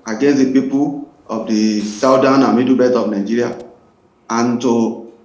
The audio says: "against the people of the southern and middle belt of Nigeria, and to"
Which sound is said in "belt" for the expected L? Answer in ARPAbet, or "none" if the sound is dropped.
none